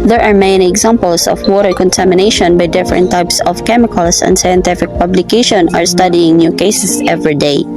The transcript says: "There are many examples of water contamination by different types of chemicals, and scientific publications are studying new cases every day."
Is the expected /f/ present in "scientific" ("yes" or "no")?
yes